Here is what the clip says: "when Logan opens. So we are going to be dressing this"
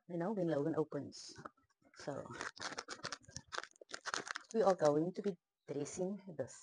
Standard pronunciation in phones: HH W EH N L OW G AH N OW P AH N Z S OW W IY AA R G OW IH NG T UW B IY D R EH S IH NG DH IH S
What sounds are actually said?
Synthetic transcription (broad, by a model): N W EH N L OW G AH N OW P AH N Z S OW W IY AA L G OW IH NG T UW B IY D R EH S IH NG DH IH S